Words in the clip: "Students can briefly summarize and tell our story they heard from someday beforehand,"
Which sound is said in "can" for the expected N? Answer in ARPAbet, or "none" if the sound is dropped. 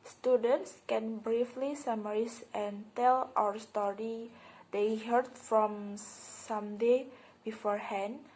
N